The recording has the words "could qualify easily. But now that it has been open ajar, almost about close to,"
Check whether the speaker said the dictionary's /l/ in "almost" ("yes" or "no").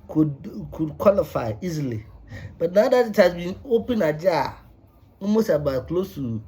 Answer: no